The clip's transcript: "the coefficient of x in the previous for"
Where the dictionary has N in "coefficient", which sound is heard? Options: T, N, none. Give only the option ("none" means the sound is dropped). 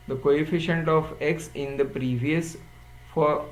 N